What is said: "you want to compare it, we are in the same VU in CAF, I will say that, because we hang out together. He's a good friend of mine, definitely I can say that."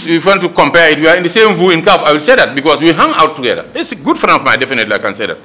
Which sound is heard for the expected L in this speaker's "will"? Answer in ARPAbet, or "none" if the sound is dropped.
L